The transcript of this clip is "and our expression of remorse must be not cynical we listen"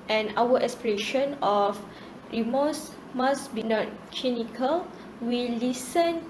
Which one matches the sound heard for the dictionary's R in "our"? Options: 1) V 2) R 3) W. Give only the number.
3